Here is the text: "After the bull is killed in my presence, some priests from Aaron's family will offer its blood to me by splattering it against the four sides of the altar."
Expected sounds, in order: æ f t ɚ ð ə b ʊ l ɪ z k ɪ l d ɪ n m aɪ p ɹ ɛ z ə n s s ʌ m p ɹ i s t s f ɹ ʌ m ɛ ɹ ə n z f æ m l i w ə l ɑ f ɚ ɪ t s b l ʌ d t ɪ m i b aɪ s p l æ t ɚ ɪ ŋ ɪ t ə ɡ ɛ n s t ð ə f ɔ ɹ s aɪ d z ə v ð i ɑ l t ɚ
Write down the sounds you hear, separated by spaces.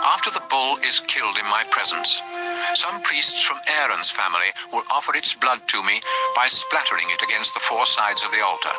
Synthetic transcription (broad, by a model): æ f t ɚ ð ə b ʊ l ɪ z k ɪ l d ɪ n m aɪ p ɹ ɛ z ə n s s ʌ m p ɹ i s t s f ɹ ʌ m ɛ ɹ ə n z f æ m l i w ə l ɑ f ɚ ɪ t s b l ʌ d t ɪ m i b aɪ s p l æ t ɚ ɪ ŋ ɪ t ə ɡ ɛ n s t ð ə f ɔ ɹ s aɪ d z ə v ð i ɑ l t ɚ